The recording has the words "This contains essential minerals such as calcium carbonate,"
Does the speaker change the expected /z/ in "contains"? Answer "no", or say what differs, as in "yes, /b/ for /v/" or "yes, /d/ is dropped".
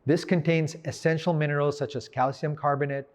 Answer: no